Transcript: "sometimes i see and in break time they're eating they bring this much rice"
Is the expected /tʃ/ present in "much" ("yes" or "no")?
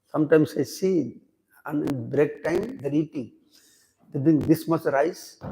no